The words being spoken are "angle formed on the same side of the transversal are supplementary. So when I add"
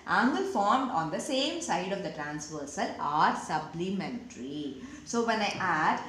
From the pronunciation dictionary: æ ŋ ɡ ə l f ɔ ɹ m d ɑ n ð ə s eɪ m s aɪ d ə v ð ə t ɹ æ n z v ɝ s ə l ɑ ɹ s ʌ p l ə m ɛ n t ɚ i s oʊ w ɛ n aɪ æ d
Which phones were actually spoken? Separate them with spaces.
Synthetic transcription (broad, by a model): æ ŋ ɡ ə l f ɔ ɹ m d ɑ n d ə s eɪ m s aɪ d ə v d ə t ɹ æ n s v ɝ s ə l ɑ ɹ s ʌ b l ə m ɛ n t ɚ i s oʊ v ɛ n aɪ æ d